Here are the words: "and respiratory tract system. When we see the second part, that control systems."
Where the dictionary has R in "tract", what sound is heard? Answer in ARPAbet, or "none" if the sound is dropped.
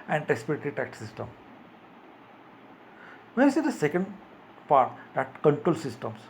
none